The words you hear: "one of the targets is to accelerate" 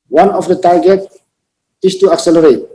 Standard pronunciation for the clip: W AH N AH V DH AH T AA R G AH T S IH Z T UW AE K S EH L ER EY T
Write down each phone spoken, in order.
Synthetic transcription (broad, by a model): W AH N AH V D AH T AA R G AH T IH S T UW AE K S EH L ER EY T